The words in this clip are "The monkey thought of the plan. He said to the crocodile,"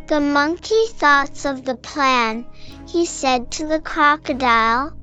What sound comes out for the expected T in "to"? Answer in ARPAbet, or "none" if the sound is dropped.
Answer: T